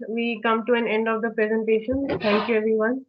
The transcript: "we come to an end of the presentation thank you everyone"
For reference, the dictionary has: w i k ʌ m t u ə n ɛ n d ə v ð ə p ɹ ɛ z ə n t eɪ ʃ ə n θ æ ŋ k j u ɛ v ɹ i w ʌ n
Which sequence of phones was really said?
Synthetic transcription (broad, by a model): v i k ʌ m t u ə n ɛ n d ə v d ə p ɹ ɛ z ə n t eɪ ʃ ə n t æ ŋ k j u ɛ v ɹ i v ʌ n